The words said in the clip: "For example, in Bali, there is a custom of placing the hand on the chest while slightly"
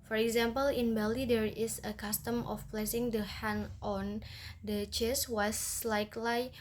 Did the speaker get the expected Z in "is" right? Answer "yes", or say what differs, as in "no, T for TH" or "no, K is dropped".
no, S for Z